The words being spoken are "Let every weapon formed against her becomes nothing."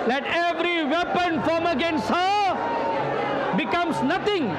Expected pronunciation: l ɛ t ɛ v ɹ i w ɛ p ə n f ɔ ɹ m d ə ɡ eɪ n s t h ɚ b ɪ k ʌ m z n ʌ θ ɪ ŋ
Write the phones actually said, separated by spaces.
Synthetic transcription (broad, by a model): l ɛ t ɛ v ɹ i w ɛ p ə n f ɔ m ə ɡ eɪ n s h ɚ b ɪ k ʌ m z n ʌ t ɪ ŋ